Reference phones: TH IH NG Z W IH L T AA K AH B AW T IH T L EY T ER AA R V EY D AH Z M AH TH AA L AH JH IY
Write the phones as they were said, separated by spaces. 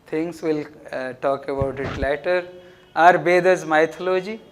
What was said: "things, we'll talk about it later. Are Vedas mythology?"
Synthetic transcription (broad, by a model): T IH NG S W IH L T AA K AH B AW T IH T L EY T ER AA R B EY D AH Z M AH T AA L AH JH IY